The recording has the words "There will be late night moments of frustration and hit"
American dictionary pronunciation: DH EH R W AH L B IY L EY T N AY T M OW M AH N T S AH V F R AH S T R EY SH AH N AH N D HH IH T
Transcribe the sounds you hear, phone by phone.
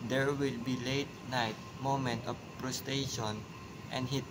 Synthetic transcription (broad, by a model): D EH R W AH L B IY L EY T N AY T M OW M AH N T AH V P R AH S T EY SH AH N AH N D HH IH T